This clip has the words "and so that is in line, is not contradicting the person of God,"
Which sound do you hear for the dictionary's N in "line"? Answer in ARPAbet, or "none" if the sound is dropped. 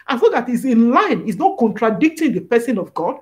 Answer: N